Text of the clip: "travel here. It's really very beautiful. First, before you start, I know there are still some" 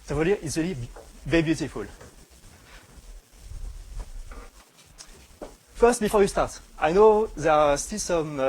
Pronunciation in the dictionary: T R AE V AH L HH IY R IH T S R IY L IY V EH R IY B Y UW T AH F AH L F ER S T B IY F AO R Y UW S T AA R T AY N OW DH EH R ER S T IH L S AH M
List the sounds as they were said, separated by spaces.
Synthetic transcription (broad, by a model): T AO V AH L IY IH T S R IY L IY B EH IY B Y UW T AH F AH L F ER S T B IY F AO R Y UW S T AA R T AY N OW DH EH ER S T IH L S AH M